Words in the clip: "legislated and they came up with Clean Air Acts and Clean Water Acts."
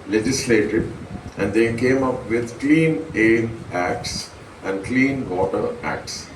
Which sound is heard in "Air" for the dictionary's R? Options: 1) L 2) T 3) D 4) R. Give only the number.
1